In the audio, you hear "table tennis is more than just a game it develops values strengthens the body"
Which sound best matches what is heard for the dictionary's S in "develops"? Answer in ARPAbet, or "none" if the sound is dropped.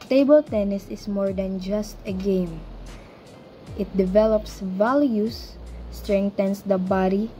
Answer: S